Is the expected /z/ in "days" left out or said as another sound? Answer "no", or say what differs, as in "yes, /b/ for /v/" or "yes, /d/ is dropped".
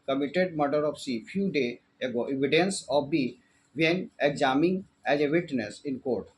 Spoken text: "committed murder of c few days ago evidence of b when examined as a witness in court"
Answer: yes, /z/ is dropped